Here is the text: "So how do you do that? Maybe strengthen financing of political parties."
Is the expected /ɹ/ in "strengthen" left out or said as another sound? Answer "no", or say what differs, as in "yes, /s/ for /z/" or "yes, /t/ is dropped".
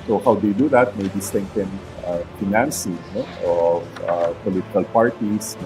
yes, /ɹ/ is dropped